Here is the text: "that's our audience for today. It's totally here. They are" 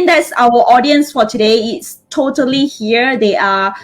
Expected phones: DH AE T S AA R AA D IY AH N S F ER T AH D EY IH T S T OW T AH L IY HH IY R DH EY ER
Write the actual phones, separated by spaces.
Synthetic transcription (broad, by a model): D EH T S AA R AA D IY AH N S F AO T AH D EY IH T S T OW T AH L IY HH IY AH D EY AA